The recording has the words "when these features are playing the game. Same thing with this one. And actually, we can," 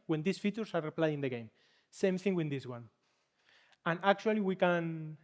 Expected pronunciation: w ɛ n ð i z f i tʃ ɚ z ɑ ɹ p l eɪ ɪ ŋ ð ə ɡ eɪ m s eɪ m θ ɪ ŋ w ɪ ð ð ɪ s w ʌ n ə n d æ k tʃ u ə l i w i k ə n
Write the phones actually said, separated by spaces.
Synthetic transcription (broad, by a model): w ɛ n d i s f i tʃ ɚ s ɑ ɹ p l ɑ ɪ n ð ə ɡ eɪ m s eɪ m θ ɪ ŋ w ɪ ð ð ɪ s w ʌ n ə n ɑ k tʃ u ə l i w i k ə n